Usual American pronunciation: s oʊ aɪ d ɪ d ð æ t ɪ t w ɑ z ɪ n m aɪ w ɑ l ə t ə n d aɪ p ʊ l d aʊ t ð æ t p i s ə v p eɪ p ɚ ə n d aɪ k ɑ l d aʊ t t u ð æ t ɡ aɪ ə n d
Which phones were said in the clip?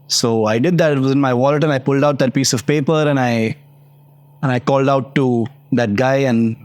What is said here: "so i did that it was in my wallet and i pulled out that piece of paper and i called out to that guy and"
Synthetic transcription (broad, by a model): s oʊ aɪ d ɪ d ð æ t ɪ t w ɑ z ɪ n m aɪ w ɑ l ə t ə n aɪ p ʊ l d aʊ t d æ t p i s ə v p eɪ p ɚ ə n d aɪ k ɑ l d aʊ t t u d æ t ɡ aɪ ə n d